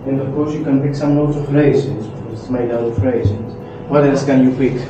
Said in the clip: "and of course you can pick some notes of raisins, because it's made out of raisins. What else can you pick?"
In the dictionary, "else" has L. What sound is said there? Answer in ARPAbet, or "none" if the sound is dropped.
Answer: none